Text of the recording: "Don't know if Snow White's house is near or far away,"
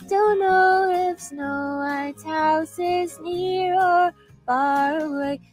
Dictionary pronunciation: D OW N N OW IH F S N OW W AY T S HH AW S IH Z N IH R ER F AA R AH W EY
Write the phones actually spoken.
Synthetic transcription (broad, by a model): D OW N N OW IH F S N OW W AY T HH AW S IH Z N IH R ER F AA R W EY